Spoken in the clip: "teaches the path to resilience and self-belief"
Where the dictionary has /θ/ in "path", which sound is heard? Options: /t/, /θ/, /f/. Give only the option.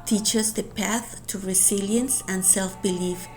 /θ/